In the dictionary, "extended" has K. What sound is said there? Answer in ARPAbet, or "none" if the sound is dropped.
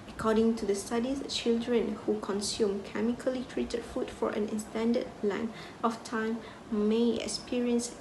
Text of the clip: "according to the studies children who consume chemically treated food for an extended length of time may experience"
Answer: none